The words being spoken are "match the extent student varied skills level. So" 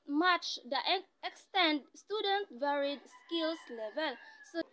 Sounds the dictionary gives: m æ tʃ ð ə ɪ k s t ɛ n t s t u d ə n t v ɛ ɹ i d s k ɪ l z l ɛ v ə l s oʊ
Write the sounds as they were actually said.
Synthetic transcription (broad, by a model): m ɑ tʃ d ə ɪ k s t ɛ n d s t u d ə n t v ɛ ɹ i d s k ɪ l s l ɛ v ə l s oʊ